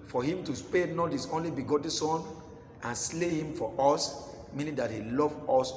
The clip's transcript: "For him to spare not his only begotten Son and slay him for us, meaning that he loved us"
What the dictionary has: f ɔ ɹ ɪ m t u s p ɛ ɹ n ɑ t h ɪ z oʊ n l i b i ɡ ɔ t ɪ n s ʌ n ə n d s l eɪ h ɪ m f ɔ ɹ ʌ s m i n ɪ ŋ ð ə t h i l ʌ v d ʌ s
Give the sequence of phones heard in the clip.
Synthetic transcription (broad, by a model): f ɔ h ɪ m t u s p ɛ n ɑ t h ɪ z oʊ n l i b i ɡ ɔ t n s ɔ n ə n s l eɪ h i m f ɔ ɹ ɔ s m i n ɪ ŋ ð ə t h i l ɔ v ɔ s